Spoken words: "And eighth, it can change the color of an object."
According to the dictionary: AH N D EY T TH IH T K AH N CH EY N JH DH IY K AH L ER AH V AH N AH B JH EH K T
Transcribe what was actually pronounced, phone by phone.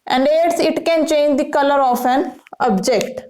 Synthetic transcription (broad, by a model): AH N D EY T S IH T K AH N CH EY N JH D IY K AH L ER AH F AH N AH B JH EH K T